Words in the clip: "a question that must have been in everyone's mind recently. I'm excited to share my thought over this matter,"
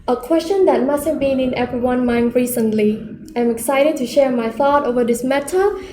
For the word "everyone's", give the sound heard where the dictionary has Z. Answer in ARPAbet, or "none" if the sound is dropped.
none